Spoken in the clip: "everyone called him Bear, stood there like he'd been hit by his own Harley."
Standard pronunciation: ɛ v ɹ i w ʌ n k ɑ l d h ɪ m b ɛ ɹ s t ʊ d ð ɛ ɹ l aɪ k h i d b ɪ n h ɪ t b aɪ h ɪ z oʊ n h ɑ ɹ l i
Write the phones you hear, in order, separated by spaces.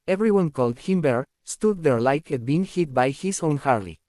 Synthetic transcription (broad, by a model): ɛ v ɹ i w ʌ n k ɑ l d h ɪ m b ɛ ɹ s t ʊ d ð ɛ ɹ l aɪ k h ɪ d b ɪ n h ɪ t b aɪ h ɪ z oʊ n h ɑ ɹ l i